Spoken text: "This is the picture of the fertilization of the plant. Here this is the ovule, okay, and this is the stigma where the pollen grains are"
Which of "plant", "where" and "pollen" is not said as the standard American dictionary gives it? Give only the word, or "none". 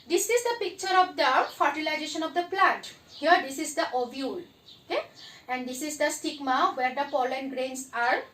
plant